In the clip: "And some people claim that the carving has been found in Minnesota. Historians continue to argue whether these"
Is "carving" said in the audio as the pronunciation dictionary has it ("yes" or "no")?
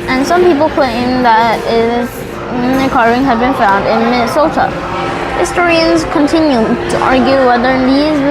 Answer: no